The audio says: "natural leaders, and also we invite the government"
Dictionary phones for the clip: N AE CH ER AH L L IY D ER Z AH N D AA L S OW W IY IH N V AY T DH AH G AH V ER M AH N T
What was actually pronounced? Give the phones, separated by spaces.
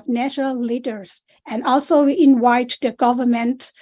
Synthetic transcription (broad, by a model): N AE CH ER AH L L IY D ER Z AH N D AA L S OW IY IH N W AY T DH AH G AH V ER M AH N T